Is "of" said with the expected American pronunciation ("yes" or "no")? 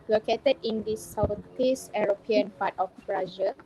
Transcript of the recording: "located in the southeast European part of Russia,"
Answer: no